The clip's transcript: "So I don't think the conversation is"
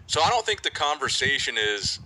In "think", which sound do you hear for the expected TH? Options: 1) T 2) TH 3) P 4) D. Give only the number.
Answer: 2